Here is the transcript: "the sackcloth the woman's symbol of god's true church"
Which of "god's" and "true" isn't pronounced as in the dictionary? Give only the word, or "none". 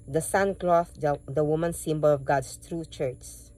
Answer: god's